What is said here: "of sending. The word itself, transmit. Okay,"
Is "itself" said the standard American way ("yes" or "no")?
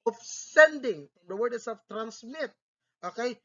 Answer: no